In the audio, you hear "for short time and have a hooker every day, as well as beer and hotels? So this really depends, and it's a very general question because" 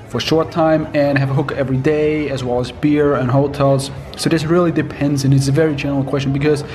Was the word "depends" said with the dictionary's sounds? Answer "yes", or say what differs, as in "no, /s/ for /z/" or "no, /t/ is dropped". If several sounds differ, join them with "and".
yes